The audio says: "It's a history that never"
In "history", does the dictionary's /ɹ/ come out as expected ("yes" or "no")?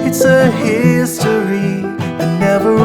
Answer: no